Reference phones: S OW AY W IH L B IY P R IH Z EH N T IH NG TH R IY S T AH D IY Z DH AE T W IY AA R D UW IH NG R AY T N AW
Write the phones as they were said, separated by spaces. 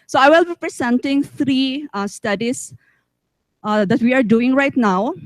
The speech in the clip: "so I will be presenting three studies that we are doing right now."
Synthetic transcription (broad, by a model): S OW AY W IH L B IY P R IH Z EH N T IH NG T R IY S T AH D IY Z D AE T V IY AA R D UW IH NG R AY T N AW